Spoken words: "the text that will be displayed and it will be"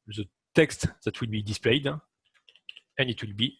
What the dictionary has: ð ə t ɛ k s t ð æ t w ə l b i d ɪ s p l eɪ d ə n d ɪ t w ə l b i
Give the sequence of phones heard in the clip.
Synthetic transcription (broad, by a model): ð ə t ɛ k s t ð æ t w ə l b i d ɪ s p l eɪ d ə n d ɪ t w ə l b i